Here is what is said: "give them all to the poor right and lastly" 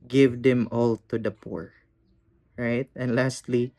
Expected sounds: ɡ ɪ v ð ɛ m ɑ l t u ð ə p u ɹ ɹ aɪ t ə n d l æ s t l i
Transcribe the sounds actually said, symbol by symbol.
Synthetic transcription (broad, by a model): ɡ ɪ v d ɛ m ɑ l t u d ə p u ɹ ɹ aɪ t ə n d l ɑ s t l i